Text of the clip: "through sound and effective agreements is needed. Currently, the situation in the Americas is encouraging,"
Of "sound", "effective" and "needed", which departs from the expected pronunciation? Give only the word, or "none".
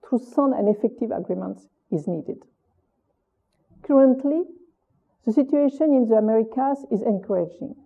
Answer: sound